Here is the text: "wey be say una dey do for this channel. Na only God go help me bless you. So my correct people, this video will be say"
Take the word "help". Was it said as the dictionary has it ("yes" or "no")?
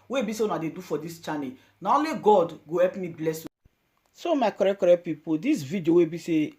no